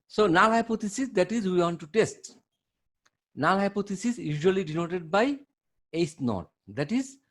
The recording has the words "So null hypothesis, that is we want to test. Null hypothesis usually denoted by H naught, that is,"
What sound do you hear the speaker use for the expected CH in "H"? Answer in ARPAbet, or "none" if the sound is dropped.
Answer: S